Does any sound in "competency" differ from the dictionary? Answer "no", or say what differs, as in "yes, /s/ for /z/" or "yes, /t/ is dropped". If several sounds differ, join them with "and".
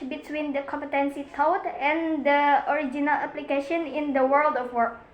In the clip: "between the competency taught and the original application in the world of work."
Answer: no